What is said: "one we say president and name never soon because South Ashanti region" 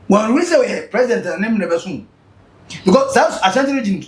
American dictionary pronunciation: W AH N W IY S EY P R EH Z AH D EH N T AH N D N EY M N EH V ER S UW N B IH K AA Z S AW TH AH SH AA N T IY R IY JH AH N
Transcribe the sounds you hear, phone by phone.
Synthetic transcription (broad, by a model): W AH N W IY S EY P R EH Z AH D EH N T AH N N EY M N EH B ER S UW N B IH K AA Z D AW S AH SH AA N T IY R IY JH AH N